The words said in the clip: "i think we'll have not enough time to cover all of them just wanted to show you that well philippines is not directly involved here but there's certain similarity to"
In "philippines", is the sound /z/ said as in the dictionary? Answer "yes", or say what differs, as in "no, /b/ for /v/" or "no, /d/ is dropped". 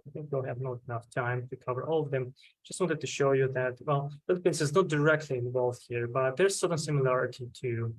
no, /s/ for /z/